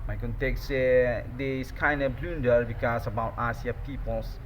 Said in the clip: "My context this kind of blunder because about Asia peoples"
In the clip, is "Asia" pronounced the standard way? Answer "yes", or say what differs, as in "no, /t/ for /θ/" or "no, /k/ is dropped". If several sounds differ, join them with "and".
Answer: no, /s/ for /ʒ/